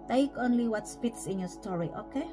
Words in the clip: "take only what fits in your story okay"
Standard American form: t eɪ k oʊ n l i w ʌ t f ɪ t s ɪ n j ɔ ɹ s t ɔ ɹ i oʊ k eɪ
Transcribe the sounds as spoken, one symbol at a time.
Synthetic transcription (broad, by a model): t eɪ k oʊ n l i w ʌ t p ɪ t s ɪ n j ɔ s t ɔ ɹ i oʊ k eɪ